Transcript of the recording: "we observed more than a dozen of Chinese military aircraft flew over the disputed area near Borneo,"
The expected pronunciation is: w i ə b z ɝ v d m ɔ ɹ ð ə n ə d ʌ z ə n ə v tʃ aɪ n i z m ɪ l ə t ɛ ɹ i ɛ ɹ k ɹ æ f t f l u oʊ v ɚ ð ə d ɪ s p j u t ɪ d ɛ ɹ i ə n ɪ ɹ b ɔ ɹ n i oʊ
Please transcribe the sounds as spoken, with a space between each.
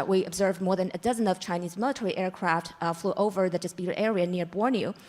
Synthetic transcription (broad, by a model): w i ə b z ɝ v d m ɔ ɹ ð ə n ə d ʌ z ə n ə v tʃ aɪ n i z m ɪ l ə t ɛ ɹ i ɛ ɹ k ɹ æ f t f l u oʊ v ɚ ð ə d ɪ s p j u t ɪ d ɛ ɹ i ə n ɪ ɹ b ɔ ɹ n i